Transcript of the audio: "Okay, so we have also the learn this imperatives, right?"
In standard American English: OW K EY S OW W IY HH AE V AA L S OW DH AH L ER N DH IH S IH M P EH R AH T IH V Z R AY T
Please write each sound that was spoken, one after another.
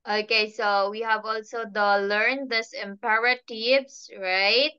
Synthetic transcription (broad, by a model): OW K EY S OW W IY HH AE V AA L S OW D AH L ER N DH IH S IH M P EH R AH T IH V S R AY T